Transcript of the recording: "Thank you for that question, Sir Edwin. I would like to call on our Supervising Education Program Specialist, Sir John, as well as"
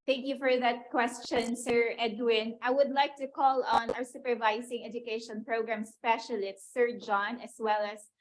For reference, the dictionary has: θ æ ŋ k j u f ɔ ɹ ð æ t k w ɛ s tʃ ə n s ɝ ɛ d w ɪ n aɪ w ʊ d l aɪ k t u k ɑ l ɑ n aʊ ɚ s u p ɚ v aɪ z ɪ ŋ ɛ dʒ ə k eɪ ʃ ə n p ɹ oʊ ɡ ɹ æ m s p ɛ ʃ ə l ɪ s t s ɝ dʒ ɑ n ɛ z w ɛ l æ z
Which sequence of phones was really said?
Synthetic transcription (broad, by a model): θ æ ŋ k j u f ɔ ɹ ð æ t k w ɛ s tʃ ə n s ɝ ɛ d w ɪ n aɪ w ʊ d l aɪ k t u k ɑ l ɑ n aʊ ɚ s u p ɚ v aɪ s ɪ ŋ ɛ dʒ ə k eɪ ʃ ə n p ɹ oʊ ɡ ɹ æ m s p ɛ ʃ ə l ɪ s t s ɝ dʒ ɑ n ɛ s w ɛ l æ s